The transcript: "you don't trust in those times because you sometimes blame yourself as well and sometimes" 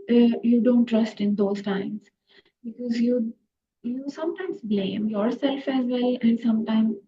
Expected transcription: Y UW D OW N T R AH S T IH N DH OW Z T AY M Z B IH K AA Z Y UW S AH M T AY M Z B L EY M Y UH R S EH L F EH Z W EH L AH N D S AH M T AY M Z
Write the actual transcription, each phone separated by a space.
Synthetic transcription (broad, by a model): Y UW D OW N T R AH S T IH N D OW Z T AY M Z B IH K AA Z Y UW S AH M T AY M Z B L EY M Y UH R S EH L F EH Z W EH L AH N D S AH M T AY M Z